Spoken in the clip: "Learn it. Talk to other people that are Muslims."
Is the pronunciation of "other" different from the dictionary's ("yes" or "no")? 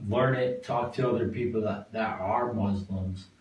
no